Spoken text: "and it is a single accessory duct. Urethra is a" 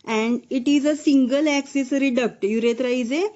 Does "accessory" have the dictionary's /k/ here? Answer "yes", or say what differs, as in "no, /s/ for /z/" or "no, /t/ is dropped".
yes